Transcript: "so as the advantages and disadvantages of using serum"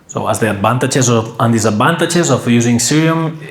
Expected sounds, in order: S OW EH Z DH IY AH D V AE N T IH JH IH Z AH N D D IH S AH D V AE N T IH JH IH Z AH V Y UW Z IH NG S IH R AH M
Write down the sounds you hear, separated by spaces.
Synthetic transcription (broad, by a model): S OW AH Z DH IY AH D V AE N T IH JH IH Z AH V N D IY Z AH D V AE N T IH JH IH Z AH V Y UW Z IH NG S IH R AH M